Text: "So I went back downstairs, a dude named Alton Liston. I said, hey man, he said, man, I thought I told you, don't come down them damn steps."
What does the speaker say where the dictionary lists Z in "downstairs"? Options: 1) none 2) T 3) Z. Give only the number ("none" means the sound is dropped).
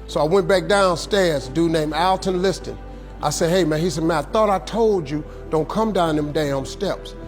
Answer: 3